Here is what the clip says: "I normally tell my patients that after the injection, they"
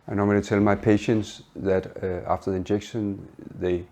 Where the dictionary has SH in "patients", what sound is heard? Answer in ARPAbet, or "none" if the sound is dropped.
SH